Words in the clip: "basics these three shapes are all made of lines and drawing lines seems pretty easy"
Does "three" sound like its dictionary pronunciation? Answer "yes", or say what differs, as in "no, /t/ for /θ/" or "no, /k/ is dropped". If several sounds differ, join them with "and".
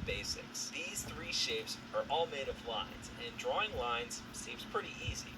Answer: yes